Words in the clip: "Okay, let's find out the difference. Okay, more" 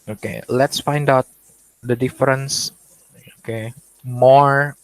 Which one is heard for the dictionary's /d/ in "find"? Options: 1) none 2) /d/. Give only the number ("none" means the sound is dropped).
2